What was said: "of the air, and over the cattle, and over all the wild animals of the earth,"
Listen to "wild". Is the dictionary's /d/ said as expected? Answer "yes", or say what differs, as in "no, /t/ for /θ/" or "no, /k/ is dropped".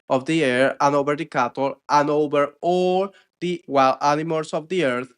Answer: no, /d/ is dropped